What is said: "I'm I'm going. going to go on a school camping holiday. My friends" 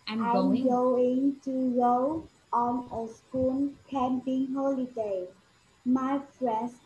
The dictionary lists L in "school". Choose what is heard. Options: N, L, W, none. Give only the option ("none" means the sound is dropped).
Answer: N